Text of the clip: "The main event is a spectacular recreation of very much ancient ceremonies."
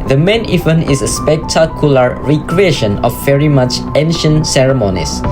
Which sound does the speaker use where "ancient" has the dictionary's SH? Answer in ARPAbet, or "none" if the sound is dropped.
SH